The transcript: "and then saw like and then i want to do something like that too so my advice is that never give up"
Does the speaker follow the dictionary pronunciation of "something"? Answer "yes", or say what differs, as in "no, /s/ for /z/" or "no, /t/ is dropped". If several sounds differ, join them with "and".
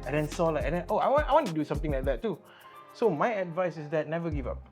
no, /t/ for /θ/